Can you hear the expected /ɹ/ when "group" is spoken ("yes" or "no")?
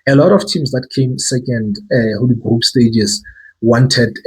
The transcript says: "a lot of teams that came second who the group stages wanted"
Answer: no